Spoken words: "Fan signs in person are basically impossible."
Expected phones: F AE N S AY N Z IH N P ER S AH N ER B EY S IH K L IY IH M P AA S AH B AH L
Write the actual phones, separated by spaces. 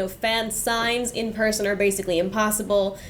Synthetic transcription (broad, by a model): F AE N S AY N Z IH N P ER S AH N ER B EY S IH K L IY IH M P AA S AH B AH L